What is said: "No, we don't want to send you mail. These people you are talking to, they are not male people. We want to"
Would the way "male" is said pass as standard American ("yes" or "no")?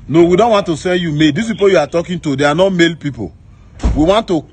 yes